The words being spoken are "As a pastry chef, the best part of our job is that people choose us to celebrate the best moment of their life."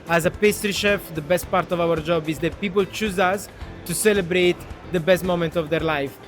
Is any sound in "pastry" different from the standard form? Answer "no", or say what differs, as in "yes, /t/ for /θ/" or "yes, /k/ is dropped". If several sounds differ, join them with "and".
no